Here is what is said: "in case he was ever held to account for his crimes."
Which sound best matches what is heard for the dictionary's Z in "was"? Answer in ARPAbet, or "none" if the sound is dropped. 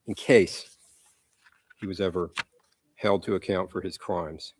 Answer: Z